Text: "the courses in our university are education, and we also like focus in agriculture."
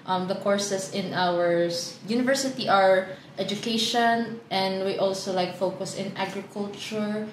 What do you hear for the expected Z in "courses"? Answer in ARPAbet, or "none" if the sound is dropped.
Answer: S